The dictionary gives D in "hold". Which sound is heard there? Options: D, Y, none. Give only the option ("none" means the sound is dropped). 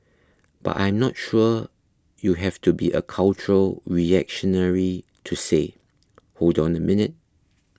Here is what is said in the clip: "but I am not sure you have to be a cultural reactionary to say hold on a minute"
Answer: D